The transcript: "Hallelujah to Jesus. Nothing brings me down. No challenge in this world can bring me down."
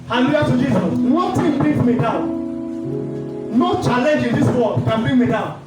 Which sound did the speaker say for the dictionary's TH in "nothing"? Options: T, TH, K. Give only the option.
T